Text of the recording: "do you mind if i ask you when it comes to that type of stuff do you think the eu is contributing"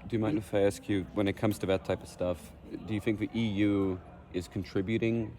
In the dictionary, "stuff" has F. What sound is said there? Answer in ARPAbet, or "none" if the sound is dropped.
F